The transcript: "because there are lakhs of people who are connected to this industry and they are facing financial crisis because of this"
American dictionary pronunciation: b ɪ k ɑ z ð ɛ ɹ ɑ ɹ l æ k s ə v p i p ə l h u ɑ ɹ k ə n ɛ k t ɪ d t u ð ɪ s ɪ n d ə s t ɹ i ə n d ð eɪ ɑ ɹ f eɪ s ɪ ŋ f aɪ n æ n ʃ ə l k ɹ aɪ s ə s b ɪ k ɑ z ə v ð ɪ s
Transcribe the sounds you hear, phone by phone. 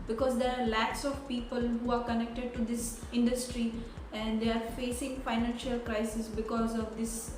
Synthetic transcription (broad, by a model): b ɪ k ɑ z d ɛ ɹ ɑ ɹ l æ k s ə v p i p ə l h u ɑ ɹ k ə n ɛ k t ɪ d t u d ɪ s ɪ n d ə s t ɹ i ə n d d eɪ ɑ ɹ f eɪ s ɪ ŋ f aɪ n æ n ʃ ə l k ɹ aɪ s ə s b ɪ k ɑ z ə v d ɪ s